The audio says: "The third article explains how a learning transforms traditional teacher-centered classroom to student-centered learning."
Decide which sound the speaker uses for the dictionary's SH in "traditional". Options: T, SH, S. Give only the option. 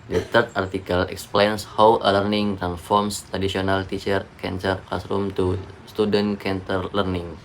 S